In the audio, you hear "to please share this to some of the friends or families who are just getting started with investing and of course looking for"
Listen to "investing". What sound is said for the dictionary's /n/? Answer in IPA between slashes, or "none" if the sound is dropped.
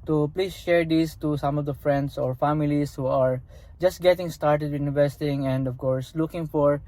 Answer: none